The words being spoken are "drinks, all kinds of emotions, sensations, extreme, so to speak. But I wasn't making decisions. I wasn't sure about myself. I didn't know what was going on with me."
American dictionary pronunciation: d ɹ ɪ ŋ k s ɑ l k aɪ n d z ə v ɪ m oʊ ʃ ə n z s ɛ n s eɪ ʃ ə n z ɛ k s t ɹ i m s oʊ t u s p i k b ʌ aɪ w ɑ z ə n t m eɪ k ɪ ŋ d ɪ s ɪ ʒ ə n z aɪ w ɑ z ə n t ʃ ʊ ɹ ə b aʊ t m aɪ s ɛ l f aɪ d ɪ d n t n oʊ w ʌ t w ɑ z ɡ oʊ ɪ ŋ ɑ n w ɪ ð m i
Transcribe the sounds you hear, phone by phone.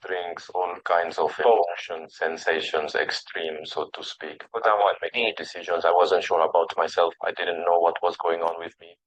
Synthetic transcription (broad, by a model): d ɹ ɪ ŋ k s ɑ l k aɪ n d z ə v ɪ oʊ ʃ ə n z s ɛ n s eɪ ʃ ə n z ɛ k s t ɹ i m s oʊ t u s p i k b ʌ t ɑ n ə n m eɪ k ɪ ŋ d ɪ s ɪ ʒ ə n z aɪ w ɑ z ə n t ʃ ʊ ɹ ə b aʊ t m aɪ s ɛ l f aɪ d ɪ d n t n oʊ w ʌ t w ɑ z ɡ oʊ ɪ ŋ ɑ n w ɪ ð m i